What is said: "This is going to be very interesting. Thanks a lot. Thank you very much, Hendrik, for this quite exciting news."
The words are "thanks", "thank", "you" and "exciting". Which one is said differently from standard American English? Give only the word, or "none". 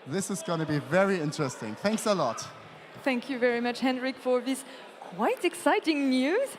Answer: none